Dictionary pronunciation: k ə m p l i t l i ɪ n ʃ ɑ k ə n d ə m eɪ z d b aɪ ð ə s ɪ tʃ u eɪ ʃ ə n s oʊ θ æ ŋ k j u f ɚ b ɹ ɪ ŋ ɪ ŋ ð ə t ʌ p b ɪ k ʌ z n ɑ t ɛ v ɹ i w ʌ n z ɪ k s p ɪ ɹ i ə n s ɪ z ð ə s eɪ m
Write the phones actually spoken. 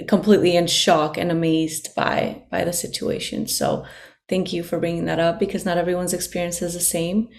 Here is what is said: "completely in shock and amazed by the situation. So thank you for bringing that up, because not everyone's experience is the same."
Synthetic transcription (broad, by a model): k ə m p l i t l i ɪ n ʃ ɑ k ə n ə m eɪ z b b aɪ ð ə s ɪ tʃ u eɪ ʃ ə n s oʊ θ æ ŋ k j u f ɚ b ɹ ɪ ŋ ɪ ŋ ð ə t ʌ p b ɪ k ʌ z n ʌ t ɛ v ɹ i w ʌ n z ɪ k s p ɪ ɹ i ə n s ɪ z ð ə s eɪ m